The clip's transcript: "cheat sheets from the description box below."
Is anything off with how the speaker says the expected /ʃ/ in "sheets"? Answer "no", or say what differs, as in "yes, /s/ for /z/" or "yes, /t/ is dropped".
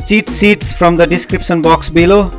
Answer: yes, /s/ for /ʃ/